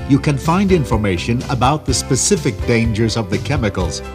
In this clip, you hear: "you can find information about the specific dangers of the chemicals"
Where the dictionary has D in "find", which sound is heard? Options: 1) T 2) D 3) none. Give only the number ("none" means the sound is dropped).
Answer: 2